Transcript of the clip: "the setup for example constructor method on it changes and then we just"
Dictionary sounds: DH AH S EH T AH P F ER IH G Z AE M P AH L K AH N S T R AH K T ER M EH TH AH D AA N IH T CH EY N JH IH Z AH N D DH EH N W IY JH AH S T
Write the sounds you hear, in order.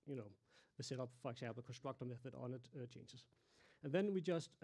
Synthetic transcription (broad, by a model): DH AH S EH T AH P F ER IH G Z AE M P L K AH N S T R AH K T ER M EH F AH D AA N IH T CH EY N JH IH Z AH N DH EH N W IY JH AH S T